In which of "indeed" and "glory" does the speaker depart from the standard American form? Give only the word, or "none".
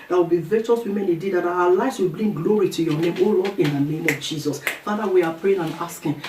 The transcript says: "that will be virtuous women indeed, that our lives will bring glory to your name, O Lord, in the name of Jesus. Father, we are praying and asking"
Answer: indeed